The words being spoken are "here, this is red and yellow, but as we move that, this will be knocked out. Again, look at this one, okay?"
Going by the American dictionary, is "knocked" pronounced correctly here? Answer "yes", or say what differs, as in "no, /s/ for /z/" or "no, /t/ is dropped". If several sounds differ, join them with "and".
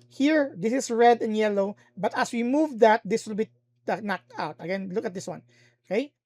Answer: yes